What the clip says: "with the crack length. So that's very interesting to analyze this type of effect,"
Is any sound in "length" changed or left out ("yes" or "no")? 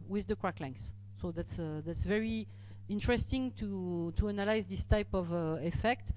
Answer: yes